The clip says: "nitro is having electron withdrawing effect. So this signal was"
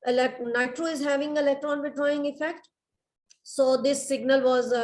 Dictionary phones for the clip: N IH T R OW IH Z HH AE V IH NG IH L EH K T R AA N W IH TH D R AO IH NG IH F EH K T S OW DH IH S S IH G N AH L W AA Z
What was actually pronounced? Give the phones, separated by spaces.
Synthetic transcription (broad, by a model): N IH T R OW IH Z HH AE V IH NG IH L EH K T R AA N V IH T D R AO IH NG IH F EH K T S OW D IH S S IH G N AH L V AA Z